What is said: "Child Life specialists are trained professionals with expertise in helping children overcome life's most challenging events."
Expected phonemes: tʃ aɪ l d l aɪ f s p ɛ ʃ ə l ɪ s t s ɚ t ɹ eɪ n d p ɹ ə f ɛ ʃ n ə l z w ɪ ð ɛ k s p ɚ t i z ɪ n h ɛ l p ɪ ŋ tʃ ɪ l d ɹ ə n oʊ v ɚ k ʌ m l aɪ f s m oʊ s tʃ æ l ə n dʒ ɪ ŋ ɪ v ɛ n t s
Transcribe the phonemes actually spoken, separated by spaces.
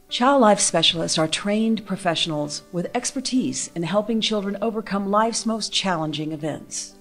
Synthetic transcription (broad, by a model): tʃ aɪ l d l aɪ f s p ɛ ʃ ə l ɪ s t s ɚ t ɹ eɪ n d p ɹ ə f ɛ ʃ n l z w ɪ ð ɛ k s p ɚ t i z ɪ n h ɛ l p ɪ ŋ tʃ ɪ l d ɹ ə n oʊ v ɚ k ʌ m l aɪ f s m oʊ s tʃ æ l ə n dʒ ɪ ŋ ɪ v ɛ n t s